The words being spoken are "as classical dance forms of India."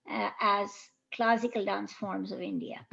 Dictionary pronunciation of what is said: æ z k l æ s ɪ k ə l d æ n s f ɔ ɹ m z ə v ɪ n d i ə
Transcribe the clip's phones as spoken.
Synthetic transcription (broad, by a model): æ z k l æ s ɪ k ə l d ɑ n s f ɔ ɹ m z ə v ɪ n d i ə